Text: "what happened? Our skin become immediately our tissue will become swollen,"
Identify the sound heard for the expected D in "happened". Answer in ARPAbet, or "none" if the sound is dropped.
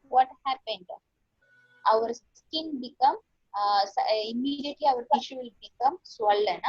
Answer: D